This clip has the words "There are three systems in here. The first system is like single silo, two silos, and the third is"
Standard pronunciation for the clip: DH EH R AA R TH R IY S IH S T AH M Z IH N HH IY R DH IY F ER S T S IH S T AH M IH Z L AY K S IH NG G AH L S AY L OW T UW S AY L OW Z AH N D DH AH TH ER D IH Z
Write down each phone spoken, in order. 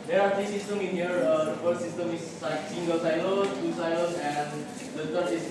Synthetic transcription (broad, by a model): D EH R AA R T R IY S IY S T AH M IH N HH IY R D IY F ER T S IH S T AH M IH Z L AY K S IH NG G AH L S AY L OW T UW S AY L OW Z AH N D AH T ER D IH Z